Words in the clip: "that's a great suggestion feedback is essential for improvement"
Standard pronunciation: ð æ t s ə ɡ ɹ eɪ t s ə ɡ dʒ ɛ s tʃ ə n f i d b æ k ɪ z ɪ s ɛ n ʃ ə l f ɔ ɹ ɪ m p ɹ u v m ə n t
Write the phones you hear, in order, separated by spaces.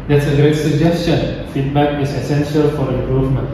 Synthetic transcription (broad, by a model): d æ t s ə ɡ ɹ eɪ t s ə ɡ dʒ ɛ s tʃ ə n f i d b æ k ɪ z ɪ s ɛ n ʃ ə l f ɔ ɹ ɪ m p ɹ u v m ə n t